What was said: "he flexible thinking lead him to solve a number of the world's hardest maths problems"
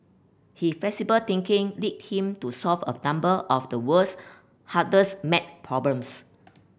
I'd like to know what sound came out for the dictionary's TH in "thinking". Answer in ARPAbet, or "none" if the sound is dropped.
T